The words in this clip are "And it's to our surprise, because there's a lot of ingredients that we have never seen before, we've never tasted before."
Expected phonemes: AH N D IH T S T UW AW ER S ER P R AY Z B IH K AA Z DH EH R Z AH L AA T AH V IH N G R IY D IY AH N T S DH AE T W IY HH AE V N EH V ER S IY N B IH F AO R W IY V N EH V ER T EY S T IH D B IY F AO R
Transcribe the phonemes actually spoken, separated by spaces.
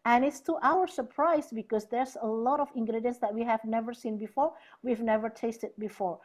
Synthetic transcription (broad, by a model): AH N IH T S T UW AW ER S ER P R AY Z B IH K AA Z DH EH R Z AH L AA T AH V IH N G R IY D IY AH N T S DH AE T W IY HH AE V N EH V ER S IY N B IH F AO R W IY V N EH V ER T EY S T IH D B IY F AO R